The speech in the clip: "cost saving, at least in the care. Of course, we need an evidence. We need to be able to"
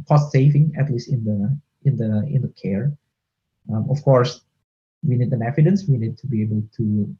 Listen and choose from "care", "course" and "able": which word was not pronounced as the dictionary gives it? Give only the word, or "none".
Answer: none